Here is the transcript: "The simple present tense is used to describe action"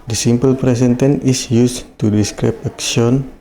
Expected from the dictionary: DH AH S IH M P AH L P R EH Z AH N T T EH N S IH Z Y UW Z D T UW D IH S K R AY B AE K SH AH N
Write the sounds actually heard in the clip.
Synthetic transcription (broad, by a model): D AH S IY M P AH L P R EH S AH N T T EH N IH S Y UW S T UW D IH S K R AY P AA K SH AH N